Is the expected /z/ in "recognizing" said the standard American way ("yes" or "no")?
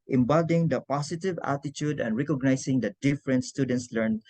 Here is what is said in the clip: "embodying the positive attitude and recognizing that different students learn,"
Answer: no